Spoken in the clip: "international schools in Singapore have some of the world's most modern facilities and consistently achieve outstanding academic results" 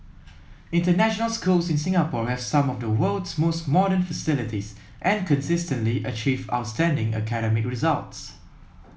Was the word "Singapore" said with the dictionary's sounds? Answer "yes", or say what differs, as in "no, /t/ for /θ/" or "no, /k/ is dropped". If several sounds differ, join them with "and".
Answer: yes